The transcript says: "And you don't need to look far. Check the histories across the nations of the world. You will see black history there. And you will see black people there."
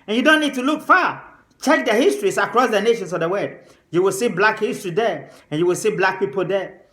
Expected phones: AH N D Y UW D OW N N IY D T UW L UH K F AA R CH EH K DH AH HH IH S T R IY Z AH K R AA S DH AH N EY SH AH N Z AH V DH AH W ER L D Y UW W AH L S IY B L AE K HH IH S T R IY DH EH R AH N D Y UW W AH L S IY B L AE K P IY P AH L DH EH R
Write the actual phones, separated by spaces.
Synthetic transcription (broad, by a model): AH N Y UW D OW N N IY D T UW L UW K F AA CH EH K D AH HH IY S T R IY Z AH K R AA S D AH N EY SH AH N S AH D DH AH W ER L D Y UW W AH L S IY B L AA K HH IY S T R IY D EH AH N Y UW W AH L S IY B L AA K P IY P AH L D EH